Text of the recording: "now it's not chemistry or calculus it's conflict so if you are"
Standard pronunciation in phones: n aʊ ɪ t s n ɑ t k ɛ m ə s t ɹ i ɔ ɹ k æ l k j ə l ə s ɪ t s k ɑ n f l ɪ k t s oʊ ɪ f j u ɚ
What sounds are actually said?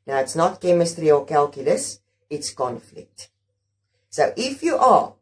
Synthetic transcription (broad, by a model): n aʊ ɪ t s n ɑ t k ɛ m ə s t ɹ i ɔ l k æ l k j ə l ə s ɪ t s k ɑ n f l ɪ k t s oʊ ɪ f j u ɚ